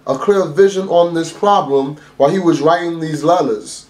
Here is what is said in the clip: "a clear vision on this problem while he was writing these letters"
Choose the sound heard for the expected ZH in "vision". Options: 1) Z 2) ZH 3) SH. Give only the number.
2